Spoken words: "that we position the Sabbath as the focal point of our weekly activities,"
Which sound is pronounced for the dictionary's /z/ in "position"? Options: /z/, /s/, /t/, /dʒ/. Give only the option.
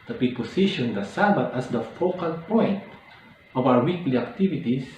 /s/